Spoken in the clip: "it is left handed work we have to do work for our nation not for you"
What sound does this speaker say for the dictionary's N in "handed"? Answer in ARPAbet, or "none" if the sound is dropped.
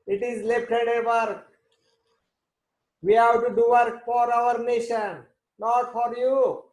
none